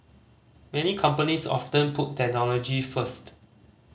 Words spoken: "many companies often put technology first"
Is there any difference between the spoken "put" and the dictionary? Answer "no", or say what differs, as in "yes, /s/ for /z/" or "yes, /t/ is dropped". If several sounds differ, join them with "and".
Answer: no